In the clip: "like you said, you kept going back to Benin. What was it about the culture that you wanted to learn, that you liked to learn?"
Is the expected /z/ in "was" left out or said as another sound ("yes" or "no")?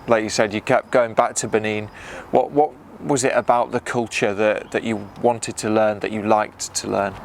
no